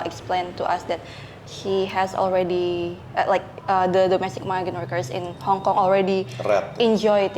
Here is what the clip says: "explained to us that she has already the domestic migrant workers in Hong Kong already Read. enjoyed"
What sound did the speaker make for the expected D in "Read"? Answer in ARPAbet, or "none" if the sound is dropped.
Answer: none